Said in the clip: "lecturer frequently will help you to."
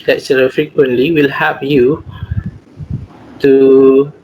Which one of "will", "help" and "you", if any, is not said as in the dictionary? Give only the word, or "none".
help